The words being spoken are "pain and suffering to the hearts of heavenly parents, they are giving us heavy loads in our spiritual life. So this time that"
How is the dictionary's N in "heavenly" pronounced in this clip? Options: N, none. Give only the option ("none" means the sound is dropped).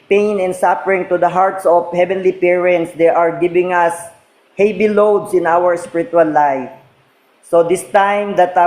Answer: N